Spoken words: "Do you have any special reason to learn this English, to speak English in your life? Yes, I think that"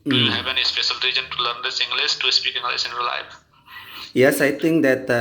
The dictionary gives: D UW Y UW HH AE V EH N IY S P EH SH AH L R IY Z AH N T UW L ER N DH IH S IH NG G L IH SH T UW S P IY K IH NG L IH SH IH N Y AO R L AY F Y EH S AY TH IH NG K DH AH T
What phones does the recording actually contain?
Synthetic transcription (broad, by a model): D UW Y UW HH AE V EH N IY S P EH SH AH L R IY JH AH N T UW L ER N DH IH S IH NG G L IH S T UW S P IY K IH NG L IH S IH N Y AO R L AY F Y EH S AY T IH NG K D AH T